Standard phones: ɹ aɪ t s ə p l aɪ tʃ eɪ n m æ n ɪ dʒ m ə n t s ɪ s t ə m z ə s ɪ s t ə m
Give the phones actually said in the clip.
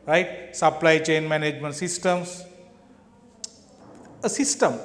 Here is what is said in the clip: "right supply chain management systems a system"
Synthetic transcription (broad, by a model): ɹ aɪ t s ə p l aɪ tʃ eɪ n m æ n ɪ dʒ m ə n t s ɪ s t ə m s ə s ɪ s t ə m